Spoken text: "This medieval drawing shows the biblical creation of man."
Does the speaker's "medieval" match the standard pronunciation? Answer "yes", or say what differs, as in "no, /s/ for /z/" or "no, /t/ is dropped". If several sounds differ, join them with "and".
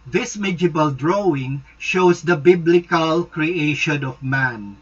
no, /b/ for /v/